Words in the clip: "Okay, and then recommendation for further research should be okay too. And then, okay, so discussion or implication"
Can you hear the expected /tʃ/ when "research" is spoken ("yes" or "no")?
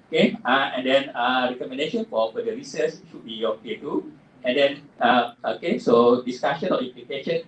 no